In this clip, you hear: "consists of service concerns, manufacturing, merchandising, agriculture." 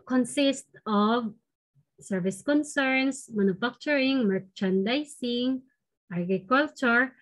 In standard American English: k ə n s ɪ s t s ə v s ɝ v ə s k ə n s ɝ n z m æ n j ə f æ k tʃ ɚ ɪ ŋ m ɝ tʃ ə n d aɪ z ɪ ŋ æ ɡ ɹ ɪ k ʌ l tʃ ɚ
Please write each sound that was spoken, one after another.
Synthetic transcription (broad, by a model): k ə n s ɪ s t ə v s ɝ v ə s k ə n s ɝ n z m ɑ n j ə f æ k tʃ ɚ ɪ ŋ m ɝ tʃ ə n d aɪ s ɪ ŋ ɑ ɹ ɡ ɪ k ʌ l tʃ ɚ